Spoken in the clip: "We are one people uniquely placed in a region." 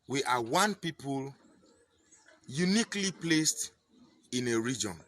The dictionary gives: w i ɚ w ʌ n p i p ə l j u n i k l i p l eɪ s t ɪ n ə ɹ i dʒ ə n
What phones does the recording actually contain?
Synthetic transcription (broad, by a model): w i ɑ w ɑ n p i p ə l j u n i k l i p l eɪ s t ɪ n ə ɹ i dʒ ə n